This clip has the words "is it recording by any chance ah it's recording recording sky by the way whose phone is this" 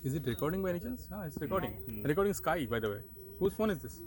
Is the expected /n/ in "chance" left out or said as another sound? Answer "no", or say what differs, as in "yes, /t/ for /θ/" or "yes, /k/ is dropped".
yes, /l/ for /n/